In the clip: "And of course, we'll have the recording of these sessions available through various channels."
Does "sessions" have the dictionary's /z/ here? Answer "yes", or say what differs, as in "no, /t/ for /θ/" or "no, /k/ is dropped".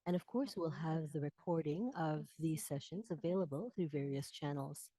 yes